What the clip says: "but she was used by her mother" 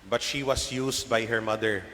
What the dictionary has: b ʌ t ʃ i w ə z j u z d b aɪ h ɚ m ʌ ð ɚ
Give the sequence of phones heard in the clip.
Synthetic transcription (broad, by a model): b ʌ t ʃ i w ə s j u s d b aɪ h ɚ m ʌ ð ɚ